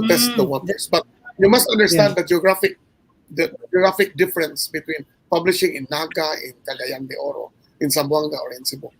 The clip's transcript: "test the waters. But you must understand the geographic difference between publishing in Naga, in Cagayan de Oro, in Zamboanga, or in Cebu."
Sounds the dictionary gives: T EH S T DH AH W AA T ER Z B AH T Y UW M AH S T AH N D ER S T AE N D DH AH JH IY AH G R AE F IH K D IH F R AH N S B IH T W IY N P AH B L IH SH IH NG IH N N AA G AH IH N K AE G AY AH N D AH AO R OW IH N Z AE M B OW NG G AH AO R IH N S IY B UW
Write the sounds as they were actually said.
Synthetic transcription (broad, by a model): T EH S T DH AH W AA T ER S B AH T Y UW M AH S T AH N D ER S T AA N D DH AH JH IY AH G R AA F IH K D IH F R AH N S B IH T W IY N P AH B L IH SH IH NG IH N N AA G AH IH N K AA G AY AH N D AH AO R OW IH N S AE M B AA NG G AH AO R IH N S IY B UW